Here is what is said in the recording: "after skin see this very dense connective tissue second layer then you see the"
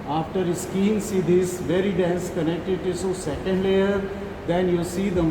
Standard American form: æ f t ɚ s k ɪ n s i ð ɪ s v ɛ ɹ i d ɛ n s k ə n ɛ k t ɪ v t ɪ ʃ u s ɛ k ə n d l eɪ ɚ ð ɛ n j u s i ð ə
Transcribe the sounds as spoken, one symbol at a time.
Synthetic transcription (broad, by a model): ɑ f t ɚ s k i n s i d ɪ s v ɛ ɹ i d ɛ n s k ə n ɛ k t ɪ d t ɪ s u s ɛ k ə n d l eɪ ɚ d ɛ n j u s i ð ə